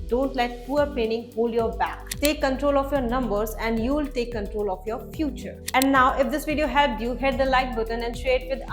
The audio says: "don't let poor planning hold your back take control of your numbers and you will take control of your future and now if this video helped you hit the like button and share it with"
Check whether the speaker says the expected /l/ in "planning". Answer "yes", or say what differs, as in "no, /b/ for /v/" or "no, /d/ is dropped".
no, /l/ is dropped